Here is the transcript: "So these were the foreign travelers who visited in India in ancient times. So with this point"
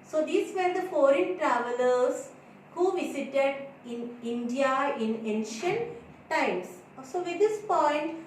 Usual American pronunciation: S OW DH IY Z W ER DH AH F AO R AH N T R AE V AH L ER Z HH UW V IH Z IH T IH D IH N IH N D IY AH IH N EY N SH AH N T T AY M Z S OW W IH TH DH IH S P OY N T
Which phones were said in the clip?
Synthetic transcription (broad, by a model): S OW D IY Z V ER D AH F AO R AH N T R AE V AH L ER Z HH UW V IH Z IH T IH D IH N IH N D IY AH IH N EY N SH AH N T T AY M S S OW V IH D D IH S P OY N T